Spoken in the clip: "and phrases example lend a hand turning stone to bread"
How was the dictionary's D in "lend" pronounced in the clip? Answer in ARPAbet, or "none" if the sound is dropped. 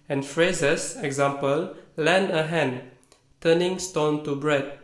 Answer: none